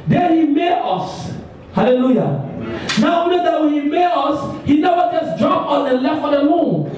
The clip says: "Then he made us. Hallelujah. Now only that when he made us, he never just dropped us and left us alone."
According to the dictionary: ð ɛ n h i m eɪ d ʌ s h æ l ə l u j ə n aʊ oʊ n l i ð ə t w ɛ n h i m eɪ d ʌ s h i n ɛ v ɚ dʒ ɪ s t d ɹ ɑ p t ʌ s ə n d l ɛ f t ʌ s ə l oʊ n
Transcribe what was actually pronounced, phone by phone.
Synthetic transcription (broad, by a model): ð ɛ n h i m eɪ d ʌ s h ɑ l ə l u j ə n aʊ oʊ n i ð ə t w ɛ n h i m eɪ d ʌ s h i n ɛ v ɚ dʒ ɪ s d ɹ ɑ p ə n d l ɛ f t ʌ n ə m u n